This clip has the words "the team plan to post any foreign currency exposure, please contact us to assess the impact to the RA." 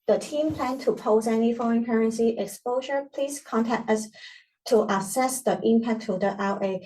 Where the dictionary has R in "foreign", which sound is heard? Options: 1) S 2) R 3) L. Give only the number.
2